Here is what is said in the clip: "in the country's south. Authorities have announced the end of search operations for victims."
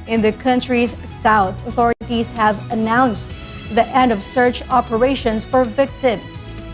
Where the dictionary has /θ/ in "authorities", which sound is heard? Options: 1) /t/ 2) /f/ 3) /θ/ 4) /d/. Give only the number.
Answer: 3